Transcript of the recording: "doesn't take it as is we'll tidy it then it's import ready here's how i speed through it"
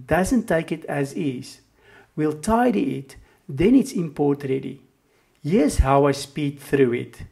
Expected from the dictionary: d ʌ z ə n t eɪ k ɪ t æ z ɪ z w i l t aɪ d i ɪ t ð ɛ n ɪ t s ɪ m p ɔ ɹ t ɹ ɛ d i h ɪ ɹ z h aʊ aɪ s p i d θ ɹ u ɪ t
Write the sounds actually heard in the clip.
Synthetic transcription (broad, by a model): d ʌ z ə n t eɪ k ɪ t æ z ɪ z w i l t aɪ d i ɪ t ð ɛ n ɪ t s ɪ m p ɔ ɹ t ɹ ɛ d i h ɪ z h aʊ aɪ s p i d θ ɹ u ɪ t